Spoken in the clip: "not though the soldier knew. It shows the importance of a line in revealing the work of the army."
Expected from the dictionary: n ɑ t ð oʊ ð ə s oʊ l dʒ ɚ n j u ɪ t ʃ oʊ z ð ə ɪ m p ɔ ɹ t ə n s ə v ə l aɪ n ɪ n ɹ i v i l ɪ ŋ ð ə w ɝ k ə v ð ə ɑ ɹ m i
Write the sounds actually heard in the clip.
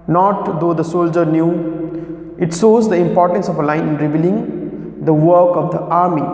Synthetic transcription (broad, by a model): n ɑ t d oʊ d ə s oʊ l dʒ ɚ n j u ɪ t s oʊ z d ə ɪ m p ɔ ɹ t ə n s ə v ə l aɪ n ɪ n ɹ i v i l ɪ ŋ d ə w ɝ k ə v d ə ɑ ɹ m i